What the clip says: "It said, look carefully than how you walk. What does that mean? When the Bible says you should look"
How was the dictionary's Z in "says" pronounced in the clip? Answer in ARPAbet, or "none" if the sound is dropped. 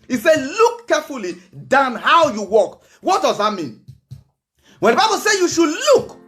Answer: none